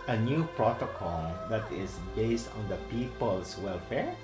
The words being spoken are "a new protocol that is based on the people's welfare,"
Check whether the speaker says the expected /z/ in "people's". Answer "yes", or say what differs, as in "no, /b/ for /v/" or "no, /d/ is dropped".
no, /s/ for /z/